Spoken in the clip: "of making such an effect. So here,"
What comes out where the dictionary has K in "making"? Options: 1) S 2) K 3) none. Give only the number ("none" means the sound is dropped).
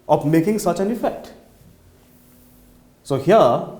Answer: 2